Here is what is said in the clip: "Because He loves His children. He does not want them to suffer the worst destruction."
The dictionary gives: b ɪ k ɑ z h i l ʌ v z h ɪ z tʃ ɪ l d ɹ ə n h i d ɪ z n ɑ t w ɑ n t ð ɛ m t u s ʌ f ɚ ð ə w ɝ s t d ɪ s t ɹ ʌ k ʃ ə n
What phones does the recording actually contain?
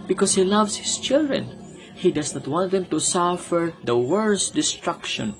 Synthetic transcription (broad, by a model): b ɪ k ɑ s h i l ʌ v s h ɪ s tʃ ɪ l d ɹ ə n h i d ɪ s n ɑ t w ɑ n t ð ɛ m t u s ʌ f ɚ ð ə w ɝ s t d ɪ s t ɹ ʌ k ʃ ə n